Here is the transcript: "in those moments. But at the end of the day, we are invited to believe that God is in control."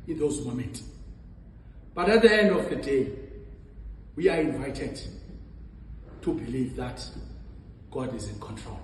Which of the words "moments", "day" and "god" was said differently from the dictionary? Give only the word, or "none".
moments